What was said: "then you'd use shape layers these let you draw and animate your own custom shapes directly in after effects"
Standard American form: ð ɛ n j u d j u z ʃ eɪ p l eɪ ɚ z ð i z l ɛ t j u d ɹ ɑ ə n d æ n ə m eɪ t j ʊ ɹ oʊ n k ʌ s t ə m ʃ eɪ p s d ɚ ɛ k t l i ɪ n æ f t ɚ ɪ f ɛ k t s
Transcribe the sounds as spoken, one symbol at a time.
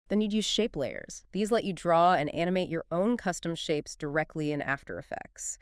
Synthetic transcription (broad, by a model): ð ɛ n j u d j u z ʃ eɪ p l eɪ ɚ z ð i z l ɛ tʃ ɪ d ɹ ɑ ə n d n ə m eɪ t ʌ ɹ oʊ n k ʌ s t ə m ʃ eɪ p s d ɚ ɛ k t l i ɪ n æ f t ɚ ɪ f ɛ k t s